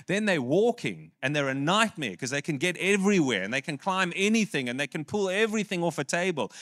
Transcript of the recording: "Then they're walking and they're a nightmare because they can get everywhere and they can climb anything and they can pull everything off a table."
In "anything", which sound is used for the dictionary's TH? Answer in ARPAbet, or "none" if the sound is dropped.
TH